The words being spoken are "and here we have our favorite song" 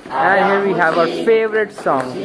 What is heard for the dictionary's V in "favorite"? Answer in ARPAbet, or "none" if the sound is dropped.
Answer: V